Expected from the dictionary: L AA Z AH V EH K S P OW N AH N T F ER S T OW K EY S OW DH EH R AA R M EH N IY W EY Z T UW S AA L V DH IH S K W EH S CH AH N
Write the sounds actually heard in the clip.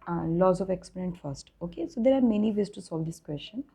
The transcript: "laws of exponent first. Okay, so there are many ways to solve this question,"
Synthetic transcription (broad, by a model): L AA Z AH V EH K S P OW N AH N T F ER S T OW K EY S OW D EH R AA R M EH N IY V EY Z T UW S AA L V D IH S K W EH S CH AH N